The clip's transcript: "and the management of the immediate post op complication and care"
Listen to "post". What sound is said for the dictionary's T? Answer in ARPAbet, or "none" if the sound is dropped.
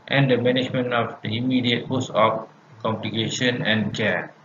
none